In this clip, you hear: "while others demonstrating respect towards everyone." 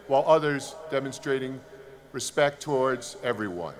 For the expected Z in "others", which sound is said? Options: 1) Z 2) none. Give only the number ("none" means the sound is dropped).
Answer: 1